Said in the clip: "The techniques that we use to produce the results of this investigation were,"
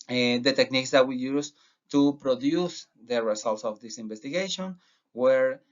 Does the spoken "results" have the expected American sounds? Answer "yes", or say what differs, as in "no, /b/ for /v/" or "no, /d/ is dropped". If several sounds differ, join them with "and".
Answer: no, /s/ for /z/